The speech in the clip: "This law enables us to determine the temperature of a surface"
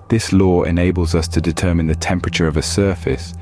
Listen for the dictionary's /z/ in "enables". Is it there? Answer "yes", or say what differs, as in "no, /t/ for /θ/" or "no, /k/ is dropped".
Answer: yes